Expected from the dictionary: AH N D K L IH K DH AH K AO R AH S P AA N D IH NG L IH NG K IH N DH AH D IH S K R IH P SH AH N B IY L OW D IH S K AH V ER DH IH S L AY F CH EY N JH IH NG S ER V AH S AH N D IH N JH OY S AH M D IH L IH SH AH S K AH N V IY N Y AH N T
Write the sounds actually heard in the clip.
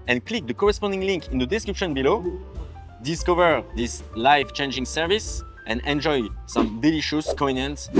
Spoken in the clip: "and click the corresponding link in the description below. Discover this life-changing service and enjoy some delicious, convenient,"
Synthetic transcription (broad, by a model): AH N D K L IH K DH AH K AO R AH S P AA N D IH NG L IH NG K IH N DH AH D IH S K R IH P SH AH N B IY L OW D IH S K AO V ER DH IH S L AY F CH EY N JH IH NG S ER V AH S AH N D IH N JH OY S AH M D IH L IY SH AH S K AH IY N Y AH N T